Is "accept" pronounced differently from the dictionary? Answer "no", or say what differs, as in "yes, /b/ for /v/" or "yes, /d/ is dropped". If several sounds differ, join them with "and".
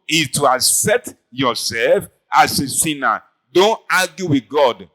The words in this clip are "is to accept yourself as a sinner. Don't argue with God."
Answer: yes, /p/ is dropped